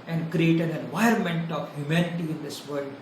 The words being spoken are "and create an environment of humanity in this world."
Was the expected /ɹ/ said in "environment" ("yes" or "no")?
no